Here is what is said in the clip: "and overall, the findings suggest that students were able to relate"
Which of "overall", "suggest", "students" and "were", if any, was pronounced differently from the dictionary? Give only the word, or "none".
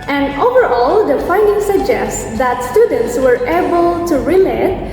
none